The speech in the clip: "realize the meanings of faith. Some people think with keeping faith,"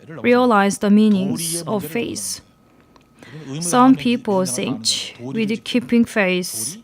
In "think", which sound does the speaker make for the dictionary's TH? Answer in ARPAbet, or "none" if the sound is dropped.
S